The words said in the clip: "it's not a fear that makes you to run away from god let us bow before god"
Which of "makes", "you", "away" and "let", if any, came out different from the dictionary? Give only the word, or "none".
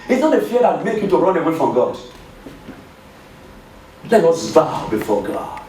makes